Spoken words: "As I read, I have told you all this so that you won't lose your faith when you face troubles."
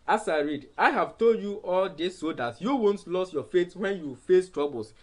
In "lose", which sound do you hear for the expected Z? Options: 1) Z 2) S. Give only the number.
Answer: 2